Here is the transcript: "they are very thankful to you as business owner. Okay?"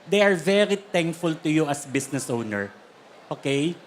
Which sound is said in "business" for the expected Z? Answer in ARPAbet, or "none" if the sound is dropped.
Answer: S